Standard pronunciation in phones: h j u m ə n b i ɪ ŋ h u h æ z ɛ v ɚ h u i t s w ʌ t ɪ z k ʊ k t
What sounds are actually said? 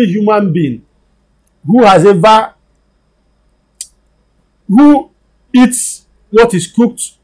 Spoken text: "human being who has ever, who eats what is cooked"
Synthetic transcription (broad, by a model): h j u m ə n b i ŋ h u h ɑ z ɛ v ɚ h u i t s w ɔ t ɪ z k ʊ k t